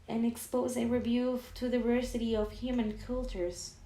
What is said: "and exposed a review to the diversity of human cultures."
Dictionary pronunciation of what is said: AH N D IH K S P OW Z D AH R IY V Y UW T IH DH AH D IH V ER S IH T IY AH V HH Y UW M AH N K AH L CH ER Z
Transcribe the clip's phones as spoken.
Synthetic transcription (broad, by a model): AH N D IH K S P OW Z AH R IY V Y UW T IH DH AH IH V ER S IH T IY AH V HH Y UW M AH N K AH L CH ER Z